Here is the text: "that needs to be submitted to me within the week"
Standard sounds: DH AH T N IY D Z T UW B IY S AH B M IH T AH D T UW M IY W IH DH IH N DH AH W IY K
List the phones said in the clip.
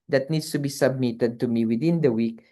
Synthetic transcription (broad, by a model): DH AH T N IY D S T UW B IY S AH B M IH T AH D T UW M IY W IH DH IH N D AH W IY K